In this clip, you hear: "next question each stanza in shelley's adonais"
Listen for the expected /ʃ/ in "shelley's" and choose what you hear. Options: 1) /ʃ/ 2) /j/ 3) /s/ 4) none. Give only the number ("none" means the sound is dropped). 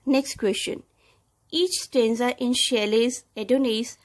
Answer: 1